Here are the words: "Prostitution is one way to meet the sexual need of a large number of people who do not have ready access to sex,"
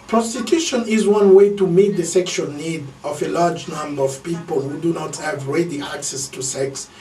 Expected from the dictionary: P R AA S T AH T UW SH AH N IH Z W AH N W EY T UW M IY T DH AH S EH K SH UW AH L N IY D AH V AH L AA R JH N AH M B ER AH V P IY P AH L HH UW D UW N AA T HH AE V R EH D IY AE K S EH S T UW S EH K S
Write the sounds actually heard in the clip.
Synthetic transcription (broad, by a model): P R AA S T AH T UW SH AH N IH Z W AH N W EY T UW M IY T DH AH S EH K SH UW AH L N IY D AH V AH L AA R JH N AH M B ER AH V P IY P AH L HH UW D UW N AA T HH AE V R EH D IY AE K S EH S T UW S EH K S